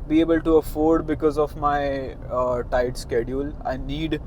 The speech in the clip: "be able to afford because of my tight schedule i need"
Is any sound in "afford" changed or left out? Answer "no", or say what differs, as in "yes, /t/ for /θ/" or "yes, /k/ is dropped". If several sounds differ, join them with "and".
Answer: no